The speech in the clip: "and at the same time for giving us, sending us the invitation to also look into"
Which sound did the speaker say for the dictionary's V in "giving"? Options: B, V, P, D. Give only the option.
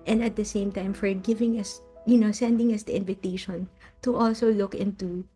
V